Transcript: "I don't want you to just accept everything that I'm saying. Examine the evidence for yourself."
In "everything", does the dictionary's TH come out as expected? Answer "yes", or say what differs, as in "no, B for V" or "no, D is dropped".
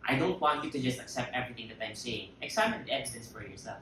yes